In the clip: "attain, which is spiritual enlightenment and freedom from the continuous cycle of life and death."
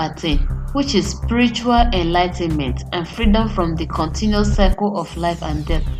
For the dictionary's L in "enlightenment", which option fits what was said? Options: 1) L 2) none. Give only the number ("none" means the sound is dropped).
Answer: 1